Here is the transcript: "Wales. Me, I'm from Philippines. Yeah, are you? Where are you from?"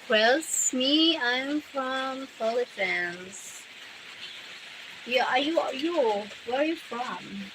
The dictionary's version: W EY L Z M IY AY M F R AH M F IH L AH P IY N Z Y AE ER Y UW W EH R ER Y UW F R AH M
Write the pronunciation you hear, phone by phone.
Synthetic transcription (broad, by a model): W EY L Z M IY AY M F R AH M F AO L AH F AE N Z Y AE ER Y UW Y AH W ER Y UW F R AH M